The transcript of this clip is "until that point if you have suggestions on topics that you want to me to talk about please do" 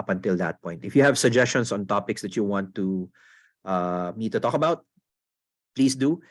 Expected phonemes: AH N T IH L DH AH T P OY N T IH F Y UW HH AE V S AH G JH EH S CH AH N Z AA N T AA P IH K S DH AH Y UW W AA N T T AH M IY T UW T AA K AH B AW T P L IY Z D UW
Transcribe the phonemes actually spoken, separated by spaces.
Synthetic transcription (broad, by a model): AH N T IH L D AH T P OY N T IH F Y UW HH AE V S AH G JH EH S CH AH N S AA N T AA P IH K S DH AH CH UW W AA N T T AH M IY T UW T AA K AH B AW T P L IY S D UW